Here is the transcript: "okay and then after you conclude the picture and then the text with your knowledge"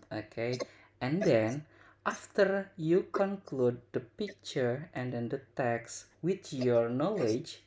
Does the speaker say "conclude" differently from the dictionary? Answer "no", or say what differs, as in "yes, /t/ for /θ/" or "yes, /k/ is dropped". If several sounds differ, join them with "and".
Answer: no